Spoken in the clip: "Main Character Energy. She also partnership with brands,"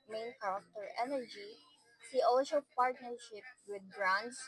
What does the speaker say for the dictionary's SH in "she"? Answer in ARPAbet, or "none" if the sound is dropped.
S